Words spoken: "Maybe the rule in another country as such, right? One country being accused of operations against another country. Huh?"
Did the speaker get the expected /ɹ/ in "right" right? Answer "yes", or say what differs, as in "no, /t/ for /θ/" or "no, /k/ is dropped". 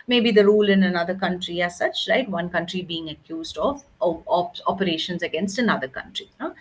no, /l/ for /ɹ/